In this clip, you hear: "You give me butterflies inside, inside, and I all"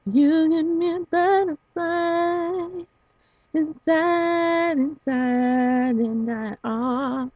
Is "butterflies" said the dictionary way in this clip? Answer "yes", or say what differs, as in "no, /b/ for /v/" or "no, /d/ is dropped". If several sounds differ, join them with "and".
no, /z/ is dropped